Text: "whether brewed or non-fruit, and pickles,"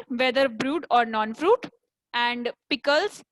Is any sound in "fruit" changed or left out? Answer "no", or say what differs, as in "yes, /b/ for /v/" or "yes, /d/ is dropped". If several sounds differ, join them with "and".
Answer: no